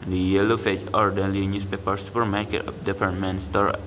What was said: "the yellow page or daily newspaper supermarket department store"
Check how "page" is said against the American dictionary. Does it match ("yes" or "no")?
no